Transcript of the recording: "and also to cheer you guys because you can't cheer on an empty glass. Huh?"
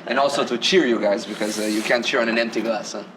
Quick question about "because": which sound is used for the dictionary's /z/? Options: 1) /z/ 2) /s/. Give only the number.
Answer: 1